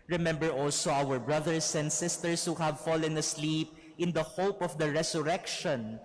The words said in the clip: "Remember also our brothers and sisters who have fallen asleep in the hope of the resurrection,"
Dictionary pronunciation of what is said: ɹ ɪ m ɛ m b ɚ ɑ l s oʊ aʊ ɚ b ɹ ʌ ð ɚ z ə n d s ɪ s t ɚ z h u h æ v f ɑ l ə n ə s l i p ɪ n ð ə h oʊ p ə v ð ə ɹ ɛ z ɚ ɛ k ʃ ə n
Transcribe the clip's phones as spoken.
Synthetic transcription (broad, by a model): ɹ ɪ m ɛ m b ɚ ɑ l s oʊ aʊ ɚ b ɹ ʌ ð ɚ s ə n d s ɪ s t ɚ s h u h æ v f ɑ l ə n ə s l i p ɪ n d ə h oʊ p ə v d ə ɹ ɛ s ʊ ɛ k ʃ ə n